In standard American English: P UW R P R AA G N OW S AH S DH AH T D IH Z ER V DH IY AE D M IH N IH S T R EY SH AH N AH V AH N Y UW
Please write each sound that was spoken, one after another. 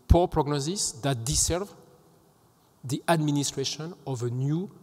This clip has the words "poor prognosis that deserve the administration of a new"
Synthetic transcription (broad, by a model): P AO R P R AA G N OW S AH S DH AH T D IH S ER V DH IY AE D M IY N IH S T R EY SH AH N AH V AH N Y UW